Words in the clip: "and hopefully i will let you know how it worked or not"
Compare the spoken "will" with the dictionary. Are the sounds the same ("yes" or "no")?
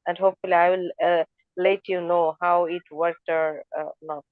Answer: yes